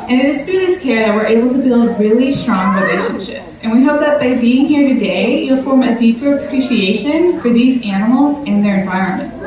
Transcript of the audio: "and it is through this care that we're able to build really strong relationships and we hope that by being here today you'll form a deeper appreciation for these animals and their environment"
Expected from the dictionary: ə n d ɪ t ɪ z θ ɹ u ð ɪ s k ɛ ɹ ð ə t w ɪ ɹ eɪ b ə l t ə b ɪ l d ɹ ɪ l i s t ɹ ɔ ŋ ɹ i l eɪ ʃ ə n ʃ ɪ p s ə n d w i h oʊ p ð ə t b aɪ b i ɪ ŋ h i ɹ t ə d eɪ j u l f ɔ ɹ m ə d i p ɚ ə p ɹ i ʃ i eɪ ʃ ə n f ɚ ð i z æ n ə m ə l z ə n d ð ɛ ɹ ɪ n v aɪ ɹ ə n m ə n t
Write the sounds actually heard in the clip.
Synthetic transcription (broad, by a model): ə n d ɪ t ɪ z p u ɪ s k ɛ ɹ ð ə t w ɪ ɹ eɪ b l t ə b ɪ l d ɹ ɪ l i s t ɹ ɔ ŋ ɹ i l eɪ ʃ ə n ʃ ɪ p s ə n w i h oʊ p ð ə t b aɪ b i ɪ ŋ h i ɹ t ə d eɪ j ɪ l f ɔ ɹ m ə d i p ɚ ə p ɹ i ʃ i eɪ ʃ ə n f ɚ ð i z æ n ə m l z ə n ð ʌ ɹ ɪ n v aɪ ɹ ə n m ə n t